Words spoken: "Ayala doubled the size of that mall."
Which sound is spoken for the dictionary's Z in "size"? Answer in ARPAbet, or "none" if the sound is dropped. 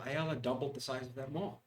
Z